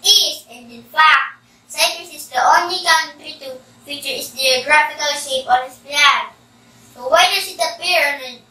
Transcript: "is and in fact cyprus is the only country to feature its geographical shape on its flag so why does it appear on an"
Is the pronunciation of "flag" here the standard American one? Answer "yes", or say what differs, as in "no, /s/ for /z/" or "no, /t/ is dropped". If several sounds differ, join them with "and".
no, /p/ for /f/